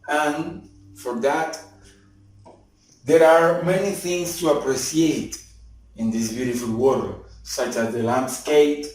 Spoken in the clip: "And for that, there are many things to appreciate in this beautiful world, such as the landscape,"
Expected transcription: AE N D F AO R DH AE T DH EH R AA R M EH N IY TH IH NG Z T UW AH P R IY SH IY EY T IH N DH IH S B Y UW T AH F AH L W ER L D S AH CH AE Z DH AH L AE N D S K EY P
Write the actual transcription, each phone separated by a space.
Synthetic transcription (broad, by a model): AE N F AO R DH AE T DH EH R AA R M EH N IY TH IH NG S T UW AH P R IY S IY EY T IH N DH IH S B Y UW T AH F AH L W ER D S AH CH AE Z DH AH L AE N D S K EY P